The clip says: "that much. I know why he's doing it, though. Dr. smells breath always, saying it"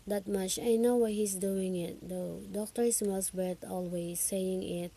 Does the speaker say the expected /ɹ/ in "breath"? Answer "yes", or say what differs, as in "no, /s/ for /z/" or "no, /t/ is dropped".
no, /ɹ/ is dropped